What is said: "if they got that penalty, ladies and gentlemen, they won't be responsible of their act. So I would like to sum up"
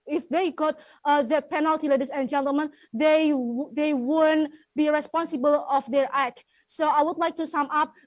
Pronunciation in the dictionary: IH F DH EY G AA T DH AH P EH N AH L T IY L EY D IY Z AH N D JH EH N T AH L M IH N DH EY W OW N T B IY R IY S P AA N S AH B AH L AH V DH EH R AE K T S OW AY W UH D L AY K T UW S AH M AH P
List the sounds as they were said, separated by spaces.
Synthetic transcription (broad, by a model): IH F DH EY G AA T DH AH P EH N AH L T IY L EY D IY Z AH N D JH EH N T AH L M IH N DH EY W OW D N B IY R IY S P AA N S AH B AH L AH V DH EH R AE K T S OW AY W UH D L AY K T UW S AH M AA P